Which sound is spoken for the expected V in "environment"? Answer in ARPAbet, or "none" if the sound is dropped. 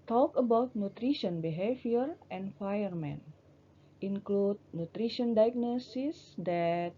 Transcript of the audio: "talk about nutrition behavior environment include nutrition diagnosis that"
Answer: F